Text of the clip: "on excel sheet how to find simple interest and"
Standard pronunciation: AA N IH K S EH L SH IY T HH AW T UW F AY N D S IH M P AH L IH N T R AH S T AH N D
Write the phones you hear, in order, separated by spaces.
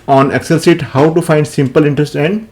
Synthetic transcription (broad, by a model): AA N IH K S EH L S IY T HH AW T UW F AY N D S IH M P AH L IH N T R AH S T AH N D